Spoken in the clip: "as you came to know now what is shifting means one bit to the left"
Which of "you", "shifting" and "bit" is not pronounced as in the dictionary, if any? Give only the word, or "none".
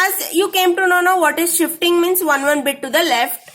none